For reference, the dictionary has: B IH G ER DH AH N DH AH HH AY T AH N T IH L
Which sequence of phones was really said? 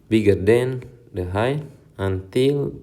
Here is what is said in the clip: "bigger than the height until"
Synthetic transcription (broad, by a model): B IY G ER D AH N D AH HH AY AH N T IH L